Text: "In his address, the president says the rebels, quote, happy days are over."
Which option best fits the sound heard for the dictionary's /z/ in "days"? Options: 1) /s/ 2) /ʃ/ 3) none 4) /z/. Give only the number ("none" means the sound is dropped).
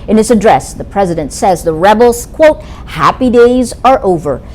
4